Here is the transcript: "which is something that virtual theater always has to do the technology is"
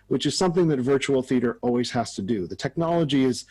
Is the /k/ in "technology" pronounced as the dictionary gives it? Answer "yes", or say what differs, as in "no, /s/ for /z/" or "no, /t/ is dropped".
yes